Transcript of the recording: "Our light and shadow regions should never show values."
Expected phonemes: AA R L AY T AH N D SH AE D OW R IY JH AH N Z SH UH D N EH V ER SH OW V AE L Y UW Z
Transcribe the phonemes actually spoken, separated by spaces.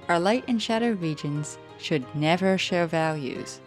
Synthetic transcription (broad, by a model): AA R L AY T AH N SH AE D OW R IY JH AH N Z SH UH D N EH V ER SH OW V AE L Y UW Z